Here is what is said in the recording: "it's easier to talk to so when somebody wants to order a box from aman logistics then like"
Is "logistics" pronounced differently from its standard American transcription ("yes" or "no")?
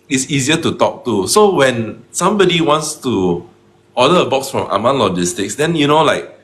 no